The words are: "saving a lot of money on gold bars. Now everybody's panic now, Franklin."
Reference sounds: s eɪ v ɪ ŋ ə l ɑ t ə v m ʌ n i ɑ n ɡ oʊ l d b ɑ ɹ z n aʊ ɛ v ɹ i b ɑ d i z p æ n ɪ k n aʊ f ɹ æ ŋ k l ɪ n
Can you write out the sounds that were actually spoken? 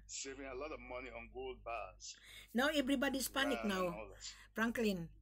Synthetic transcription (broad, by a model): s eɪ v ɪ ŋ ə l ɑ t ə v m ʌ n i ɑ n ɡ oʊ l d b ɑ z n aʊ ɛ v ɹ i b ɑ d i s p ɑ n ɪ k n aʊ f ɹ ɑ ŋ k l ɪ n